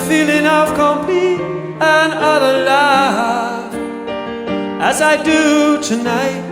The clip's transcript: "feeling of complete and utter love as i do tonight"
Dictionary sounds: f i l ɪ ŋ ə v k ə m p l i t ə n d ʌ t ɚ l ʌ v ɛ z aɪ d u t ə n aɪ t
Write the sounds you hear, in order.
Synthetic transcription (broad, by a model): f i l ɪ ŋ ə v k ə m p i ə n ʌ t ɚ l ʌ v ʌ z aɪ d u t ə n aɪ t